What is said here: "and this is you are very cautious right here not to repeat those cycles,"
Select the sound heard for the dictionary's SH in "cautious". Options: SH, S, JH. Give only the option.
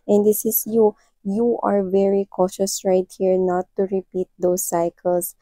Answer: SH